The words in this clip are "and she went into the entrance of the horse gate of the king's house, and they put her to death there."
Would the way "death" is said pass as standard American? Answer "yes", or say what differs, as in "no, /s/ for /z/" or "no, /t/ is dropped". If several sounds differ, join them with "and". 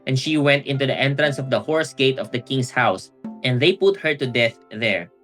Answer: yes